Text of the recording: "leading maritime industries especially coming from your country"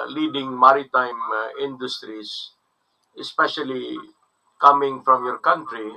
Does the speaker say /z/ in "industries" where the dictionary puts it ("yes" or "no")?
no